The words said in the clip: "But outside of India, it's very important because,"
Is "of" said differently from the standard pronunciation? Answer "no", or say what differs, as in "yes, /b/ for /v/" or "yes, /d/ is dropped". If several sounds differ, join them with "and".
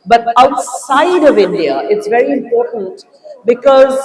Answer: no